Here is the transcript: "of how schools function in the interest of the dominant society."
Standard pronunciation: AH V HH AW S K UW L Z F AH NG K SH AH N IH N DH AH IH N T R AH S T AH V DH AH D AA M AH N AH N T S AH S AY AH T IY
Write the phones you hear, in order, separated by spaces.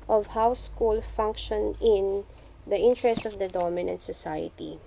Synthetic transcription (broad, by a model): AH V HH AW S K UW L F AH NG K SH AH N IH N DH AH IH N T R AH S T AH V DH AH D AA M AH N AH N T S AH S AY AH T IY